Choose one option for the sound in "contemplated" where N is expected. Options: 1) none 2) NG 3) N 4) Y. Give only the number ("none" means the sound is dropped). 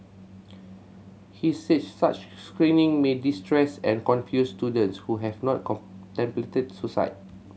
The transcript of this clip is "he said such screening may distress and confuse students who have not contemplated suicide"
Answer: 1